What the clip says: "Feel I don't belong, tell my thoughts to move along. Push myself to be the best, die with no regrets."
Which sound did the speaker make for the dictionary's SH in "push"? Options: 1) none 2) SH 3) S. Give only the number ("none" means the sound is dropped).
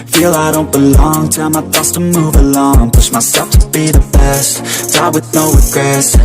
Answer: 3